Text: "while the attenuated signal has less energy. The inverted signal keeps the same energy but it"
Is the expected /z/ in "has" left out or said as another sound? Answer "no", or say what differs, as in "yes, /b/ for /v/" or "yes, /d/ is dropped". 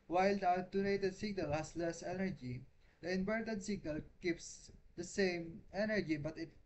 yes, /s/ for /z/